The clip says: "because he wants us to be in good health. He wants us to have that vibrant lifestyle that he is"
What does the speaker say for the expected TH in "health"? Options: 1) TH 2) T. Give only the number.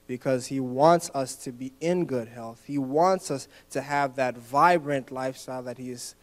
1